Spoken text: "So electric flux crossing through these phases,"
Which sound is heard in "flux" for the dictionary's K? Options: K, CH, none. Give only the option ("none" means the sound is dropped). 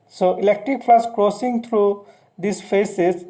none